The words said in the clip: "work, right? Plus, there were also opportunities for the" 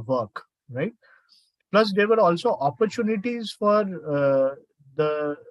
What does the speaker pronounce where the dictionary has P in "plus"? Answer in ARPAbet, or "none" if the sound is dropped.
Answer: P